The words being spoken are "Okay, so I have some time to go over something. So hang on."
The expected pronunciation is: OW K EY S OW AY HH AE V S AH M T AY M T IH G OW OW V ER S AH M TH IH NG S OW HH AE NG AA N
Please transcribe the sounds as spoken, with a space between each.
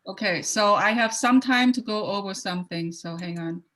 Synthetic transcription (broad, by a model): OW K EY S OW AY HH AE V S AH M T AY M T IH G OW OW V ER S AH M TH IH NG S OW HH AE NG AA N